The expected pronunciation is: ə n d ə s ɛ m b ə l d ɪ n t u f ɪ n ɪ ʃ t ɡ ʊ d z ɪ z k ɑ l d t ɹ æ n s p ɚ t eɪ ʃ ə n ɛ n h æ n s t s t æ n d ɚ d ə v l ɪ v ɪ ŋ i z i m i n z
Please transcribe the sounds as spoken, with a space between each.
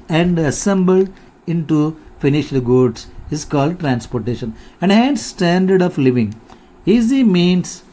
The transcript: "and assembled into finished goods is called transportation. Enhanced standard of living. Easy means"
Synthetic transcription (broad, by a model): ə n d ə s ɛ m b ə l d ɪ n t u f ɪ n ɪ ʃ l ɡ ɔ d s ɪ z k ɑ l d t ɹ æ n s p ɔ t eɪ ʃ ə n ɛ n h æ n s s t æ n d ɚ d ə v l ɪ v ɪ ŋ i z i m i n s